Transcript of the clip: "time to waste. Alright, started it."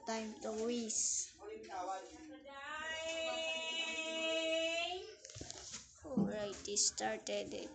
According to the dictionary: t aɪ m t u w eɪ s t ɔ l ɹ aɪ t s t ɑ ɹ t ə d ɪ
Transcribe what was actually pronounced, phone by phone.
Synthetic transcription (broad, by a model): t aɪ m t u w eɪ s ɔ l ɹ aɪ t s t ɑ ɹ t ə d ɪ